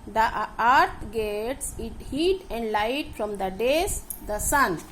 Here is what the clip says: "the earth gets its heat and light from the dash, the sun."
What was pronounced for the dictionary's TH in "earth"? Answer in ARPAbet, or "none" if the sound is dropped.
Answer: T